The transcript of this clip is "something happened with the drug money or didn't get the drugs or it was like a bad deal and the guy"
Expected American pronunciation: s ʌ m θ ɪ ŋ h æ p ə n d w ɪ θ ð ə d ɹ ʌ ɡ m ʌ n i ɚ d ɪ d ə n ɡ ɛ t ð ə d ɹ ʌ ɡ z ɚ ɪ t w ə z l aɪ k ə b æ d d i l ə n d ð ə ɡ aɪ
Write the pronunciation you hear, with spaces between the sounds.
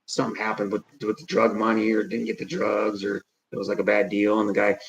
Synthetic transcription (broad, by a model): s ʌ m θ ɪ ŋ h æ p ə n d w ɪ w ð ə d ɹ ʌ ɡ m ʌ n i ɚ d ɪ d n ɡ ɛ t ð ə d ɹ ʌ ɡ z ɚ ɪ t w ə z l aɪ k ə b æ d d i l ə n ð ə ɡ aɪ